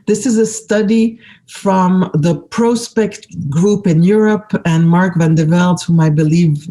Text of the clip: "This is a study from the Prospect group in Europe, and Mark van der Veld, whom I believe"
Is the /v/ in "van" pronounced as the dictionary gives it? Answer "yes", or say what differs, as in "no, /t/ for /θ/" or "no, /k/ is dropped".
yes